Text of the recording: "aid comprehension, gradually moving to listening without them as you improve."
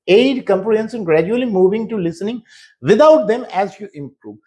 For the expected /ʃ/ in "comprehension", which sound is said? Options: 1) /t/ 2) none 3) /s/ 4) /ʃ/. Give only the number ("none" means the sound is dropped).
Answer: 3